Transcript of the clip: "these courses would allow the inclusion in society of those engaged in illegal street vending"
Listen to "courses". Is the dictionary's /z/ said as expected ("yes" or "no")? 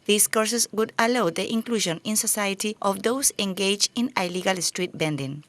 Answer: no